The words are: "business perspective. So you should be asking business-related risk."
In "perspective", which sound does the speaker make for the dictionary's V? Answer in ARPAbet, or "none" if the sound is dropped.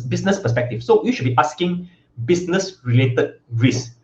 F